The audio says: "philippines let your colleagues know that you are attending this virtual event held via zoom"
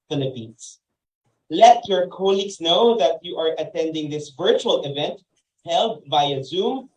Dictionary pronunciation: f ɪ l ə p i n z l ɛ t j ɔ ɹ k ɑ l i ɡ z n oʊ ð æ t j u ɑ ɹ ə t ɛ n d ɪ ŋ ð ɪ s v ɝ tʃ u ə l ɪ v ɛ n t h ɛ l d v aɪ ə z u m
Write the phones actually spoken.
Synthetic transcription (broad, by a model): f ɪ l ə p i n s l ɛ t j ɔ ɹ k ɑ l i ɡ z n oʊ ð æ t j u ɑ ɹ ə t ɛ n d ɪ ŋ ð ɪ s v ɝ tʃ u ə l ɪ v ɛ n t h ɛ l d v aɪ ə z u m